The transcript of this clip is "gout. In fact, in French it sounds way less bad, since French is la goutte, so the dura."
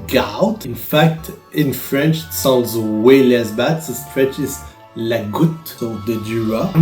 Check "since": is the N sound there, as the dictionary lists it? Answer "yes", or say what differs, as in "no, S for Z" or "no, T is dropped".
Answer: no, N is dropped